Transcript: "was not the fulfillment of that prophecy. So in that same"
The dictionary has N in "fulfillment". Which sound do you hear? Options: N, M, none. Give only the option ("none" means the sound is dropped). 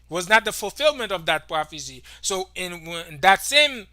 N